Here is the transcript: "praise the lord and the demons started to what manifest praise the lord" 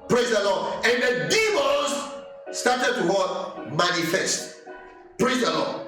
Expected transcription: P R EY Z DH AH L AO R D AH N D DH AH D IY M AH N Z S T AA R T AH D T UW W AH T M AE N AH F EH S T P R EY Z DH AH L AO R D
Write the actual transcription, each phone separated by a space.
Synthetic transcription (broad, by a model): P R EY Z DH AH L AO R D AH N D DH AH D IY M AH Z S T AA T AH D T UW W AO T M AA N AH F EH S T P R EY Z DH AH L AO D